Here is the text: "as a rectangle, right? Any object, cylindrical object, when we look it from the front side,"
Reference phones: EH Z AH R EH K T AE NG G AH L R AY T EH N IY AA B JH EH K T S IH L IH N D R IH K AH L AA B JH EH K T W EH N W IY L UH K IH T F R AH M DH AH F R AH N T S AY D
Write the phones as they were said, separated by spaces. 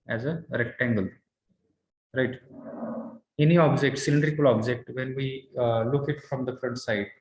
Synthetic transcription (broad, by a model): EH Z AH R EH K T AE NG G AH L R AY T EH N IY AA B JH EH K T S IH L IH N D R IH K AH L AA B JH EH K T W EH N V IY L UH K IH T F R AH M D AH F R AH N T S AY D